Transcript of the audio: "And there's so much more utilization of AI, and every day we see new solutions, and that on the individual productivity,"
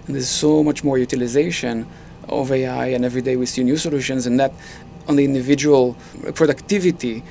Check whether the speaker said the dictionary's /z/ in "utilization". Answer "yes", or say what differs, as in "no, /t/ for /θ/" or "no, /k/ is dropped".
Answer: yes